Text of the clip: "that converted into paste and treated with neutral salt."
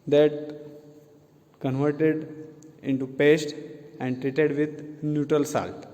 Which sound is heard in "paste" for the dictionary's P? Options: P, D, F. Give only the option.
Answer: P